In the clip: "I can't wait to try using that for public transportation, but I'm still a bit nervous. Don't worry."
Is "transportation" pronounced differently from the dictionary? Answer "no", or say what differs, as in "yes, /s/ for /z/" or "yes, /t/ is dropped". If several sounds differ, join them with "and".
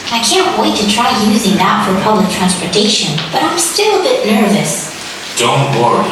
no